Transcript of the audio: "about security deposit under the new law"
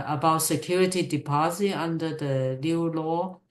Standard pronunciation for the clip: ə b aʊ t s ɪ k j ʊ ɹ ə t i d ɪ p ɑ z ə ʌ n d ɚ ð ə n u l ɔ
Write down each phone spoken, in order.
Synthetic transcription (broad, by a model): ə b aʊ t s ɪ k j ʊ ɹ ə t i d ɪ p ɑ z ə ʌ n d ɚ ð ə l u l ɔ